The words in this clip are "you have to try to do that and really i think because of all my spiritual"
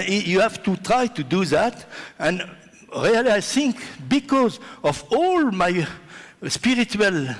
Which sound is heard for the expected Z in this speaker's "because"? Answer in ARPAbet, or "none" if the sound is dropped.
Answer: Z